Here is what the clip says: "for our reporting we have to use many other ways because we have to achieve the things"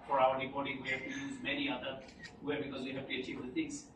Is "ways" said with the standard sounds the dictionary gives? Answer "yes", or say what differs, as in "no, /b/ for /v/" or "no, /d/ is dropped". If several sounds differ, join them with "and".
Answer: no, /z/ is dropped